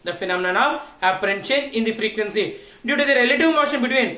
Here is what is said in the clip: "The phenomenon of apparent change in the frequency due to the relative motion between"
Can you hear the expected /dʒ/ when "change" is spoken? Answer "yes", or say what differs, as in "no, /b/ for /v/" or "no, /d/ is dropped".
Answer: no, /dʒ/ is dropped